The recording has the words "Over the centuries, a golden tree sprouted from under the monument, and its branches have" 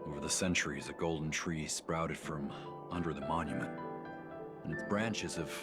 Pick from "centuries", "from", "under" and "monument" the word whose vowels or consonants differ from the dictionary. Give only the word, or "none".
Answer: none